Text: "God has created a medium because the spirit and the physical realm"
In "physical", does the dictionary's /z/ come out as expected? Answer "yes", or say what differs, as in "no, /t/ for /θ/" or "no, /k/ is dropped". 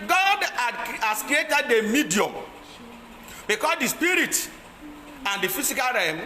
no, /s/ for /z/